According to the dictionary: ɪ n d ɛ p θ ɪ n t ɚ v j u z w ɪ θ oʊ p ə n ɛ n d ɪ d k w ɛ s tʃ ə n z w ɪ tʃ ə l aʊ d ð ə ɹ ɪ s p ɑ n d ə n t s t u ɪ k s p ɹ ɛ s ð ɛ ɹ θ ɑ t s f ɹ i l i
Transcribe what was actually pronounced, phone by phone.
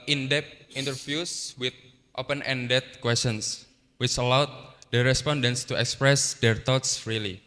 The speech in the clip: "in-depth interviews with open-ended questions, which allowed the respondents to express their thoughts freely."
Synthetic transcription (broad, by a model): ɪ n d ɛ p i n t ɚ f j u s w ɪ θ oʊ p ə n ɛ n d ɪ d k w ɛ s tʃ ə n s w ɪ tʃ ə l aʊ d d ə ɹ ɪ s p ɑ n d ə n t s t u ɪ k s p ɹ ɛ s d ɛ ɹ t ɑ t s ɹ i l i